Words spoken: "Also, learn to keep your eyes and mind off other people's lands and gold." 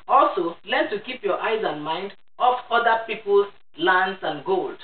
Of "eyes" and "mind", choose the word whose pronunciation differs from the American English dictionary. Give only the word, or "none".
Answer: none